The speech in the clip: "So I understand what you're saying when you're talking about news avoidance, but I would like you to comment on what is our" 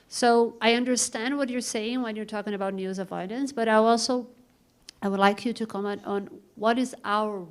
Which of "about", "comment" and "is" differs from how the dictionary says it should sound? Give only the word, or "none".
none